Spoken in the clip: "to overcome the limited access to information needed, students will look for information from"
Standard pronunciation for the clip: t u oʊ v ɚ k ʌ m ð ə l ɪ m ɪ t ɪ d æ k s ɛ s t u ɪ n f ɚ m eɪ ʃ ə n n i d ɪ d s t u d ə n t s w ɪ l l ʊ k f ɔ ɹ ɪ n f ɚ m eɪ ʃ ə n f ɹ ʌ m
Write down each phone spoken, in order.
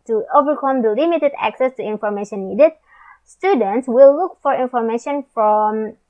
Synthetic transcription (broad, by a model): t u oʊ v ɚ k ʌ m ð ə l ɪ m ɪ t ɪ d æ k s ɛ s t u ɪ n f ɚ m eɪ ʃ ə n n i d ɪ d s t u d ə n t s w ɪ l l ʊ k f ɔ ɹ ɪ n f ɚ m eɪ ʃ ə n f ɹ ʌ m